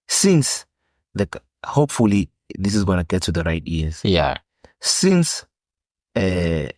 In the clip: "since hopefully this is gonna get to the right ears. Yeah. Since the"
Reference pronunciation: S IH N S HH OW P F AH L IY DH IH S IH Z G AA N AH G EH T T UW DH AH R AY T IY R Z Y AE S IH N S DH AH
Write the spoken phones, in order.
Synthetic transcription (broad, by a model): S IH N S HH OW P F AH L IY DH IH S IH Z G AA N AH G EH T T UW DH AH R AY T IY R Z Y AE S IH N S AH